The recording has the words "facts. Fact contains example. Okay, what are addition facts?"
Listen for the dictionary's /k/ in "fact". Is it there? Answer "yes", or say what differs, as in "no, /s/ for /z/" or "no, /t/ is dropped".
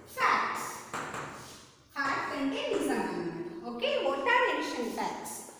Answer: no, /k/ is dropped